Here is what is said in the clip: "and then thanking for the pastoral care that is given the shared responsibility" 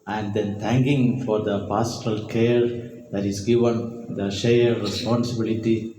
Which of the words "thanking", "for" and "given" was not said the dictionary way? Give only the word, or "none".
thanking